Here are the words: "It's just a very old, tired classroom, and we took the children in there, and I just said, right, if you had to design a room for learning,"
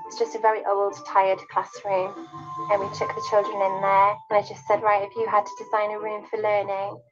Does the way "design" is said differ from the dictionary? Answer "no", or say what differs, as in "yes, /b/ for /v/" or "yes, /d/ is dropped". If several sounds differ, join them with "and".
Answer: no